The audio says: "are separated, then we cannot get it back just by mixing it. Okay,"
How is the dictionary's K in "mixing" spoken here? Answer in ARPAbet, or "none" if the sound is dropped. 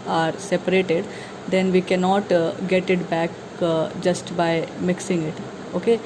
K